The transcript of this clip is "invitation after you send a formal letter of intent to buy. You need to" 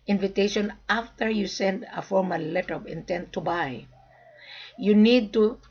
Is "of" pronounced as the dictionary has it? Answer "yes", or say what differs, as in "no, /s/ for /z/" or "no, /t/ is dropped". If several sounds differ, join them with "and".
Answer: no, /p/ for /v/